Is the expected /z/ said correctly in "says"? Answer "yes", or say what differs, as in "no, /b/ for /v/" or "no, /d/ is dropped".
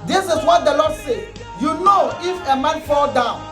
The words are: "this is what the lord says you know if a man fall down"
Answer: no, /z/ is dropped